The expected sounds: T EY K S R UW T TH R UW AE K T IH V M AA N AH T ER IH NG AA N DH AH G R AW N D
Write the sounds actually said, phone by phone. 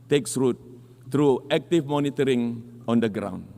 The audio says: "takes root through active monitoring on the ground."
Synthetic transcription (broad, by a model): T EY K S R UW T T R UW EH K T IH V M AA N AH T ER IH NG AA N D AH G R AW N